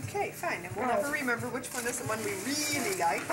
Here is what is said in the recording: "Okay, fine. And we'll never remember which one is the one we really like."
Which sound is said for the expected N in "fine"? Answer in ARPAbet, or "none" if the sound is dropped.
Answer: N